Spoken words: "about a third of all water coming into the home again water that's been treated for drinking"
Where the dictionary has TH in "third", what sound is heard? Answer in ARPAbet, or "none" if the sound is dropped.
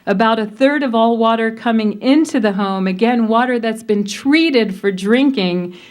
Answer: TH